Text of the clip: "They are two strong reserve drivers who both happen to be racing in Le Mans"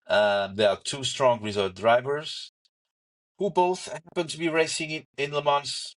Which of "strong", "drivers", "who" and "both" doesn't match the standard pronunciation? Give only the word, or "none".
none